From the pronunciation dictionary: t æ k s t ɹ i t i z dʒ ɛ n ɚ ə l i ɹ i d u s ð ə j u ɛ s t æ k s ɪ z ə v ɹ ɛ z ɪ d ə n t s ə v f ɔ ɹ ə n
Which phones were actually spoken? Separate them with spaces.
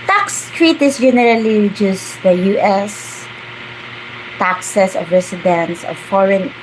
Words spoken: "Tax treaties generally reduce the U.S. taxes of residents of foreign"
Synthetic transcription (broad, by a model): t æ k s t ɹ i t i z dʒ ɛ n ɚ ə l i ɹ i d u s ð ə j u ɛ s t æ k s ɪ s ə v ɹ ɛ s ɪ d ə n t s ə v f ɔ ɹ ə n